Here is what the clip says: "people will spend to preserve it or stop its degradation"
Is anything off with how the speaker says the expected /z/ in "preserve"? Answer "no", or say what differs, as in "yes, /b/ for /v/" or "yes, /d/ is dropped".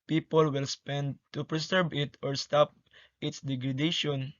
yes, /s/ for /z/